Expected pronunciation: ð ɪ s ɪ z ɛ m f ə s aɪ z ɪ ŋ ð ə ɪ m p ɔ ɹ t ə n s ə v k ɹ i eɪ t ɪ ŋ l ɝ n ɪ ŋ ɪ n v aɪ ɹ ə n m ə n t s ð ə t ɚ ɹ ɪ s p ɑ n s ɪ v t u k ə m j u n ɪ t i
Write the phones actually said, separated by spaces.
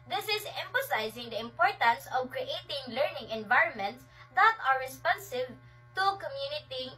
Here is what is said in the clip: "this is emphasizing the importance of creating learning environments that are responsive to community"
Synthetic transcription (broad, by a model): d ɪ s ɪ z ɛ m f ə s aɪ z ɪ ŋ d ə ɪ m p ɔ ɹ t ə n s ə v k ɹ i eɪ t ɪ ŋ l ɝ n ɪ ŋ ɪ n v aɪ ɹ ə n m ə n t s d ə t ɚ ɹ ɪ s p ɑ n s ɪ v t u k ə m j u n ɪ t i